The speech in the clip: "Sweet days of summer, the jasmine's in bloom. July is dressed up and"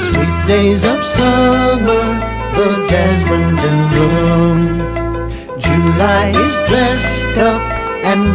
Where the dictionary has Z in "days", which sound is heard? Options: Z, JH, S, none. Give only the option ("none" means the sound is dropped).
Z